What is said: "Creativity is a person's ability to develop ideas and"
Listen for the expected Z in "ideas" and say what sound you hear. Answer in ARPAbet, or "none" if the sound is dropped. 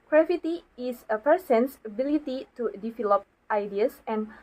S